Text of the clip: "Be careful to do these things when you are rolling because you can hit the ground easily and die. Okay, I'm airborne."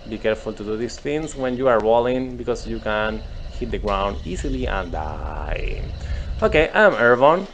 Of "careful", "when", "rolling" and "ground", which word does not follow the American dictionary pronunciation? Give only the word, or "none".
rolling